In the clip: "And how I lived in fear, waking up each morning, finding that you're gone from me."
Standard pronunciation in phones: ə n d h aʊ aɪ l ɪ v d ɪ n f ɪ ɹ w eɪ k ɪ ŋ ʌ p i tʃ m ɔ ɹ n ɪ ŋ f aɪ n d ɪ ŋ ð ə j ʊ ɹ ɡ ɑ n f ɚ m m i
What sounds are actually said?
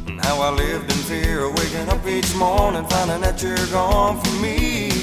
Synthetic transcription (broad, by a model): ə n h aʊ aɪ l ɪ v d ɪ n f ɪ ɹ w eɪ k ɪ ŋ ʌ p i tʃ m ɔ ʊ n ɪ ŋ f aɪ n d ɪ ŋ ð ə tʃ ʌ ɹ ɡ ɑ n f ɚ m m i